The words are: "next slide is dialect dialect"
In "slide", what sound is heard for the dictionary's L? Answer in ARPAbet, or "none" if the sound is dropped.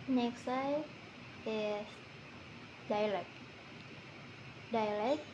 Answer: none